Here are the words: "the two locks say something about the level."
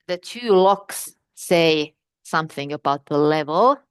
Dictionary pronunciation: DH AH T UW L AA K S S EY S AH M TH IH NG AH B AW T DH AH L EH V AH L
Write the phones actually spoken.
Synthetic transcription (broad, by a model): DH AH T UW L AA K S S EY S AH M TH IH NG AH B AW T DH AH L EH V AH L